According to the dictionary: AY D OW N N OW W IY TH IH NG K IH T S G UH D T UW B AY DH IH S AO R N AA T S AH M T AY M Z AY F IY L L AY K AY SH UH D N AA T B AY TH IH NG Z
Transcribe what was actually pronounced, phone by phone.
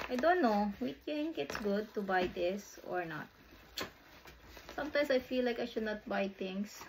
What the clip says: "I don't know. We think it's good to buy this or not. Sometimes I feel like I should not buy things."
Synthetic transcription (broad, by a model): AY D OW N N OW W IY T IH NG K IH T S G UH D T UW B AY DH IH S AO R N AA T S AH M T AY M S AY F IY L L AY K AY SH UH D N AA T B AY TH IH NG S